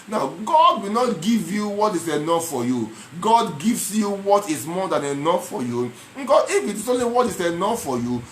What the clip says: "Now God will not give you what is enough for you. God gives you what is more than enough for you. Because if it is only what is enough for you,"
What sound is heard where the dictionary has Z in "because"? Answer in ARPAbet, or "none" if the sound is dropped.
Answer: none